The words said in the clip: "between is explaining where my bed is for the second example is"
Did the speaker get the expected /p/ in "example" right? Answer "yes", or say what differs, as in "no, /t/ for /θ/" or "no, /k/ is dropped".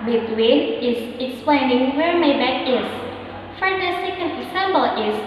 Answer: no, /b/ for /p/